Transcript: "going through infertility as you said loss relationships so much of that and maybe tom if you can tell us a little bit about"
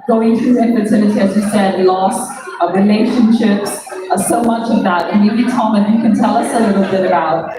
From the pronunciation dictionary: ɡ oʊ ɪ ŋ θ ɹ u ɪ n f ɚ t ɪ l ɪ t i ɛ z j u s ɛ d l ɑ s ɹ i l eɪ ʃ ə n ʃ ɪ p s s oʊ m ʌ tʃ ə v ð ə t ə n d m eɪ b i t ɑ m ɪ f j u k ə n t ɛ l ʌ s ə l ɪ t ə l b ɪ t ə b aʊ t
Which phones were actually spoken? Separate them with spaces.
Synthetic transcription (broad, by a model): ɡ oʊ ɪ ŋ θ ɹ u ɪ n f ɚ s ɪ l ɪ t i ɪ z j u s ɛ d l ɑ s ɹ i l eɪ ʃ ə n ʃ ɪ p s s oʊ m ʌ tʃ ə v ð ə t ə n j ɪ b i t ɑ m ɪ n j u k ə n t ɛ l ʌ s ə l ɪ t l b ɪ t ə b aʊ t